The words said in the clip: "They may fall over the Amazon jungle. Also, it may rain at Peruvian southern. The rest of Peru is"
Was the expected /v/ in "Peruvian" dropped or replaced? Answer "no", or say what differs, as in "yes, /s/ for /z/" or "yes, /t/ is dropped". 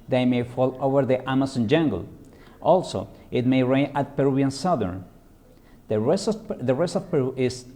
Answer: yes, /v/ is dropped